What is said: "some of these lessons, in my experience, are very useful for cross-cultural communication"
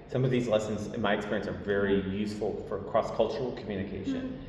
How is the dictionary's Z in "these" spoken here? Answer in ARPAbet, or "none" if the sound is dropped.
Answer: Z